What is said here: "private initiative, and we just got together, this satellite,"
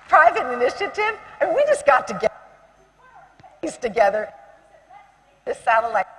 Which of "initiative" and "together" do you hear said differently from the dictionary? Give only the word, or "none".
none